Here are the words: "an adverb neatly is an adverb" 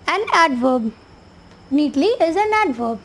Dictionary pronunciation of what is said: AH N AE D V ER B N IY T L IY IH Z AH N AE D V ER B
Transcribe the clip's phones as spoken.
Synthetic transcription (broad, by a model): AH N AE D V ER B N IY T L IY IH Z AH N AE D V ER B